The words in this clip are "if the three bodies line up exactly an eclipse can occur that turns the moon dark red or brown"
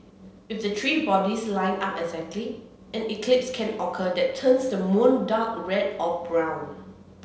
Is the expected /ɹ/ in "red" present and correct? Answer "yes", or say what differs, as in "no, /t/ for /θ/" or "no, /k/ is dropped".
yes